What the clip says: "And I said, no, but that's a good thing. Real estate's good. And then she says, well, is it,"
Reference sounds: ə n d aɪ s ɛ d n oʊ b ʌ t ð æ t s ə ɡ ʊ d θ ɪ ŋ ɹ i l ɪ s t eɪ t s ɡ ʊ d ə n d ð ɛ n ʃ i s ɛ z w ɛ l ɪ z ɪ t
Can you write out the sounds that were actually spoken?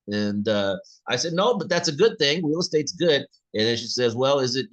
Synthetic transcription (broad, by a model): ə n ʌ aɪ s ɛ d n oʊ b ʌ t ð æ t s ə ɡ ʊ d θ ɪ ŋ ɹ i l s t eɪ t s ɡ ʊ d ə n ð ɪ n ʃ i s ɛ z w ɛ l ɪ z ɪ t